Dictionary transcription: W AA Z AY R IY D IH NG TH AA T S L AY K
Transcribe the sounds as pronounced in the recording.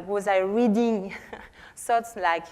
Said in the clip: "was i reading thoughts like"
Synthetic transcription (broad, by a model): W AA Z AY R IY D IH NG S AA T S L AY K